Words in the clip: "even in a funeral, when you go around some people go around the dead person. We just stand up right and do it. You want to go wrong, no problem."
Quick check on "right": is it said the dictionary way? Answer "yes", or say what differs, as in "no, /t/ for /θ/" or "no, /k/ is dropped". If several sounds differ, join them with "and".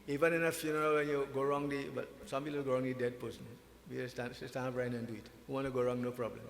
no, /t/ is dropped